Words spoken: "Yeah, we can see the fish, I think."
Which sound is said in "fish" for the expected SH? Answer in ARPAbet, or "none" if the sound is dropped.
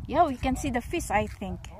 S